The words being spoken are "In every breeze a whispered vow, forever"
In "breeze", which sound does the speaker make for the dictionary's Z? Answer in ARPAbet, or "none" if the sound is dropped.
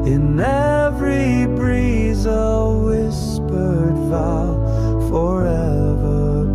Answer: Z